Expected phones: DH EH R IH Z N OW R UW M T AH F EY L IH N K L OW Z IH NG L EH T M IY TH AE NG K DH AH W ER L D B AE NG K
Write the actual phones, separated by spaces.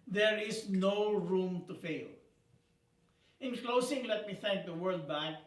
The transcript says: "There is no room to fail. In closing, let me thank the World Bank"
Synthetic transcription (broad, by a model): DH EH R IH S N OW R UW M T AH F EY L IH N K L OW S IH NG L EH T M IY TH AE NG K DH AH W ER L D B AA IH